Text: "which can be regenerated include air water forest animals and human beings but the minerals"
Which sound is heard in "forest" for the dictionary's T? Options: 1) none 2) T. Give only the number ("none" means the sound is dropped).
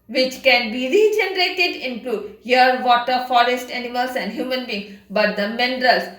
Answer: 2